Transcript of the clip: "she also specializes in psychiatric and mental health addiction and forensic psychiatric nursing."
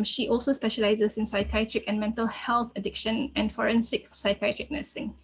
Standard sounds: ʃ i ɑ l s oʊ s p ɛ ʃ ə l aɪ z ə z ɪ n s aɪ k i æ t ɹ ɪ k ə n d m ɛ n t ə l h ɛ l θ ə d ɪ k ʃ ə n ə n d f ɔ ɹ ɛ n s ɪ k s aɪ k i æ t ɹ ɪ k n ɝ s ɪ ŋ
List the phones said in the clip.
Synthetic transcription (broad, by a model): ʃ i ɑ l s oʊ s p ɛ ʃ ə l aɪ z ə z ɪ n s aɪ k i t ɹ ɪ k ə n m ɛ n t ə l h ɛ l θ ə d ɪ k ʃ ə n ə n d f ɔ ɹ ɛ n s ɪ k s aɪ k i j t ɹ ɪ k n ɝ s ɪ ŋ